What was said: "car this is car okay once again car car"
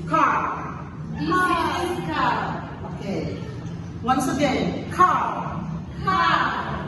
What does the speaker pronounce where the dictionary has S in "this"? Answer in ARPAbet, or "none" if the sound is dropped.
none